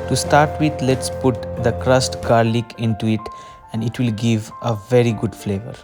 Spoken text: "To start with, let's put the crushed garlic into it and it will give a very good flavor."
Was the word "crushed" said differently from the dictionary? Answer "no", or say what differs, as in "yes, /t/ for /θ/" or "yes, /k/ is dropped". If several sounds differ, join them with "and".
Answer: yes, /s/ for /ʃ/